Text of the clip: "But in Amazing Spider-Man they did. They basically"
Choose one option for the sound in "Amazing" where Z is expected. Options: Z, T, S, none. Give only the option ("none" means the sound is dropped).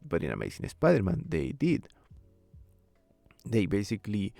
S